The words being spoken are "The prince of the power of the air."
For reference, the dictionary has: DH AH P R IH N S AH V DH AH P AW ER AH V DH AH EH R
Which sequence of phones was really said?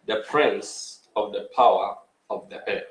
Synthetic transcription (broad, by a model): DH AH P R IH N S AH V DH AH P AW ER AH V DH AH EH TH